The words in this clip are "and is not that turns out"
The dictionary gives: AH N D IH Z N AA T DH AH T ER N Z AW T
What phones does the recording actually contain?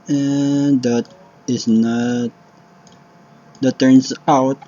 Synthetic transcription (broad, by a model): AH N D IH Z N AA T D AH T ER N S AW T